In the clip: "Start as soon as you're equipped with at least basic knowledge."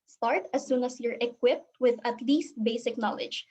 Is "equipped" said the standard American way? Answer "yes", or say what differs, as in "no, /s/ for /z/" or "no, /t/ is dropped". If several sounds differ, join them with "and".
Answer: yes